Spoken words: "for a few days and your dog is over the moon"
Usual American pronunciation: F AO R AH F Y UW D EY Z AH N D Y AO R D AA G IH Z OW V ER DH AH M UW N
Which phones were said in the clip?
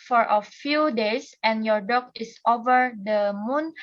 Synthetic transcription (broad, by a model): F AO R AH F Y UW D EY S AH N Y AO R D AA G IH S OW V ER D AH M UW N